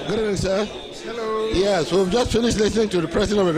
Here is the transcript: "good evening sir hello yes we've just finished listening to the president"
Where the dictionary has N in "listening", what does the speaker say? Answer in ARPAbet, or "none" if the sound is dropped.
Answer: N